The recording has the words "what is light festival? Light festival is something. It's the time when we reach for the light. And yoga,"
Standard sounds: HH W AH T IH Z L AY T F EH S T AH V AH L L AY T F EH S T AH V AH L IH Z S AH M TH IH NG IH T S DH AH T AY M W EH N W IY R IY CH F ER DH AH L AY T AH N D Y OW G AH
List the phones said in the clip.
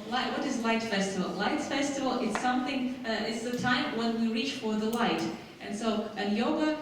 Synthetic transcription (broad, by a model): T W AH T IH Z L AY T F EH S T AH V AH L L AY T F EH S T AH V L IH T S AH M TH IH NG IH T S DH AH T AY M W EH N W IY R IY CH F ER DH AH L AY T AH N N Y OW G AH